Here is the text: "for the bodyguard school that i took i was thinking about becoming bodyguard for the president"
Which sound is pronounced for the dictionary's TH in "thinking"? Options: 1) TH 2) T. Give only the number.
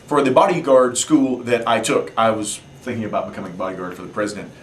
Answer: 1